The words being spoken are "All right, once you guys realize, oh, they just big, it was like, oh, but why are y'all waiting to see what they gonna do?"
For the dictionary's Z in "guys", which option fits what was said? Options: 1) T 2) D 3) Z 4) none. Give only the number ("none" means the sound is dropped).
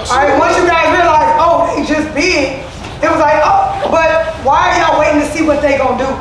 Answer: 4